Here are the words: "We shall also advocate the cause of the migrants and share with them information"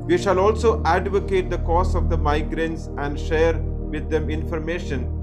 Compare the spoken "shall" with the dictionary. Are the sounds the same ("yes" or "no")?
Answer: yes